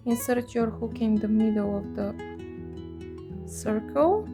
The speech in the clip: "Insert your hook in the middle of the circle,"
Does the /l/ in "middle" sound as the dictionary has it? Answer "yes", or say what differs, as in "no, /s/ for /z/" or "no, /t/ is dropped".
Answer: no, /w/ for /l/